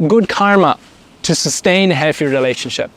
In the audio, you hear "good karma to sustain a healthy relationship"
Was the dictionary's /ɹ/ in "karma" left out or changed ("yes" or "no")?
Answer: no